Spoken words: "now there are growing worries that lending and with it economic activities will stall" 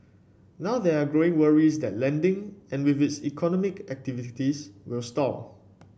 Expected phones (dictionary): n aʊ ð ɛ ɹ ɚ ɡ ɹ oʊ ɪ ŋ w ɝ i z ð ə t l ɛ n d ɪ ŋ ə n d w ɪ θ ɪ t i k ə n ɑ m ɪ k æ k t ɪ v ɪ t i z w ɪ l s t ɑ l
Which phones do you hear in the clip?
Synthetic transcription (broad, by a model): n aʊ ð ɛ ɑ ɡ ɹ oʊ ɪ ŋ w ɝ i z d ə t l ɛ n d ɪ ŋ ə n w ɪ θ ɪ t i k ə n ɑ m ɪ k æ k t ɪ v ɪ t i s w ɪ l s t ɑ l